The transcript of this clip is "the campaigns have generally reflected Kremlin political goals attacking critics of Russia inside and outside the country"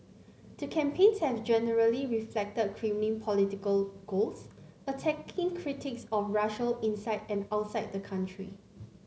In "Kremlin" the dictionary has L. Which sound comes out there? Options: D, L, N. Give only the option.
N